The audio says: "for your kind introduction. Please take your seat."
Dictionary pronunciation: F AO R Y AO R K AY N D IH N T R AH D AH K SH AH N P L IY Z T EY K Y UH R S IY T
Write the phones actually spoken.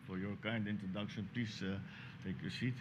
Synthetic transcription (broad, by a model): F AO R Y AO R K AY N D IH N T R AH D AH K SH AH N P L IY S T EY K Y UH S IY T